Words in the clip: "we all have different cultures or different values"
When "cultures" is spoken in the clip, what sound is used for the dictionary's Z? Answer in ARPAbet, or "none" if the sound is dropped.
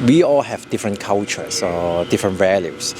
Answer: S